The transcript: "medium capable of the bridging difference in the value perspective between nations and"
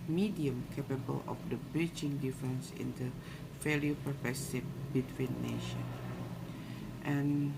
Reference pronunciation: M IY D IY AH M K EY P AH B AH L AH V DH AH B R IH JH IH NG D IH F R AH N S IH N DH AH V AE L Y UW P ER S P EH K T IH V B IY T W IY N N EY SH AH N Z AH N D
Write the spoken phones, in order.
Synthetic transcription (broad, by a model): M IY D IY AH M K EY P AH B AH L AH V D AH B R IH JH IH NG D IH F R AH N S IH N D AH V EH L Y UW P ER P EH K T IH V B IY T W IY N N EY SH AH N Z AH N